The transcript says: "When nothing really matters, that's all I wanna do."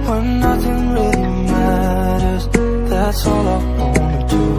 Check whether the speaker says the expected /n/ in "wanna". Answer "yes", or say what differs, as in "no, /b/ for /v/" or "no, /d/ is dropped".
no, /n/ is dropped